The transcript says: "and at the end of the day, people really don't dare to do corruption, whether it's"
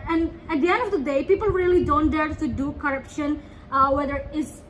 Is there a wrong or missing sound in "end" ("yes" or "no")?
no